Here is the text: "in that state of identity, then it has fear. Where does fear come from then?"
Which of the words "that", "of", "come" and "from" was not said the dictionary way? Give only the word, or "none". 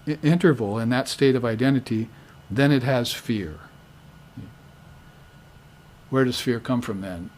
none